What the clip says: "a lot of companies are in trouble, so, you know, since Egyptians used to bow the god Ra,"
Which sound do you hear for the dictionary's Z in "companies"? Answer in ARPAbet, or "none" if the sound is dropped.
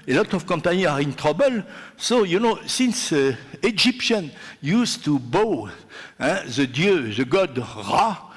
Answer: none